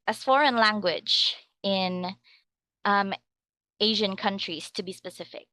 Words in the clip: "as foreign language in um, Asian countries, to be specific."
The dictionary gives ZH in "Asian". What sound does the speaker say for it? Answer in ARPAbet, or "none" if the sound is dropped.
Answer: ZH